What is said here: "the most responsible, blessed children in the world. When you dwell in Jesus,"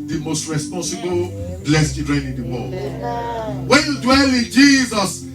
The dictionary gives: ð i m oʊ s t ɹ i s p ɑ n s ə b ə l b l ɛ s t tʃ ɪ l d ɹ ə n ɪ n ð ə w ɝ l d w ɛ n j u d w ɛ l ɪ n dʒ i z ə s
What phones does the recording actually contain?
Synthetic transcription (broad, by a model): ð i m oʊ s t ɹ i s p ɑ n s ə b ə l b l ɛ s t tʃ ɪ d ɹ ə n ɪ n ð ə w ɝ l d w ɛ n j u d w ɛ l ɪ n dʒ i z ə s